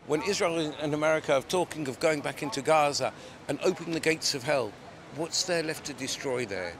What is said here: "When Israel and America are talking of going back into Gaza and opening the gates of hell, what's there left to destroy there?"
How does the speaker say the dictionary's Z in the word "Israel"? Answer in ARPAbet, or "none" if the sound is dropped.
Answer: Z